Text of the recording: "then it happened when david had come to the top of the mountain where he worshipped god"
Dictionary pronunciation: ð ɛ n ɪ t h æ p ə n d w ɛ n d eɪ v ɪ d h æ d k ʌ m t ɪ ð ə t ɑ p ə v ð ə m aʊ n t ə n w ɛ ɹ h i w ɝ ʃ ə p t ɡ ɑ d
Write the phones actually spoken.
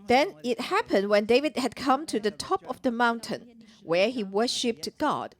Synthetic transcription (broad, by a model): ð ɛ n ɪ t h æ p ə n d w ɛ n d eɪ v ɪ d h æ d k ʌ m t ɪ ð ə t ɑ p ə v ð ə m aʊ n t ə n w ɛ ɹ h i w ɝ ʃ ə p t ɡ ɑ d